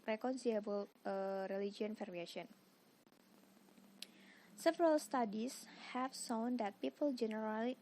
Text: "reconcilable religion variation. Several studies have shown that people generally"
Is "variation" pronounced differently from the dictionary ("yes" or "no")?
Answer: yes